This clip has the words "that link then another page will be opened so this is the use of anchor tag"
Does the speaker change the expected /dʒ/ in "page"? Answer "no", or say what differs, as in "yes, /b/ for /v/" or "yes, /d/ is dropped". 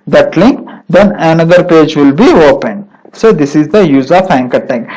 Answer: no